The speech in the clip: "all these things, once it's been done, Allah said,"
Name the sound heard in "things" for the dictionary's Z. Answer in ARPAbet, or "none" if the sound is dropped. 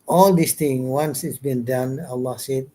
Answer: none